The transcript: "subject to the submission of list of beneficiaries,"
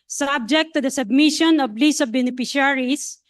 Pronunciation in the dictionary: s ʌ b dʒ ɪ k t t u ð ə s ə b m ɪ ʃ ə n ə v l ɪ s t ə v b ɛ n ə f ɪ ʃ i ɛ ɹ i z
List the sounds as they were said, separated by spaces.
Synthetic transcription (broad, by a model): s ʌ b dʒ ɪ k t t u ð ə s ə b m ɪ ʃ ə n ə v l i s ə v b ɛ n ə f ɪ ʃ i ɹ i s